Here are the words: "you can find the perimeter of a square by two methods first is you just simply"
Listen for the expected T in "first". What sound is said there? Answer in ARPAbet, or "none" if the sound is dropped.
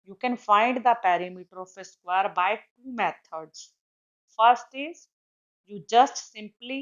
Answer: T